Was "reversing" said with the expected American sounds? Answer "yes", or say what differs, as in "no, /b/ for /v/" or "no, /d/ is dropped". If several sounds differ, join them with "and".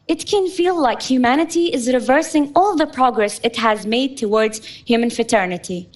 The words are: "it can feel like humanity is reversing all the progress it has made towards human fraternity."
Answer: yes